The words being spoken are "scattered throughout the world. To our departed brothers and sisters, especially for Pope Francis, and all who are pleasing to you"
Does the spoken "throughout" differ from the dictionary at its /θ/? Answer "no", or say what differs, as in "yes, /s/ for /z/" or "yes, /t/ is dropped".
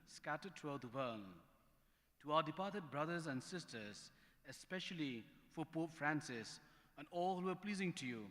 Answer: yes, /t/ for /θ/